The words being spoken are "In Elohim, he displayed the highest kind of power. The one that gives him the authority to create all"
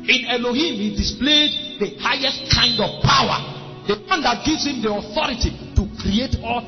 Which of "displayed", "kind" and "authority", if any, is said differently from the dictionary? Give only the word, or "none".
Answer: none